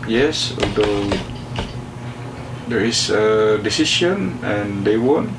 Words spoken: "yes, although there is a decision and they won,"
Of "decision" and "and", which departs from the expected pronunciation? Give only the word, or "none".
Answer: decision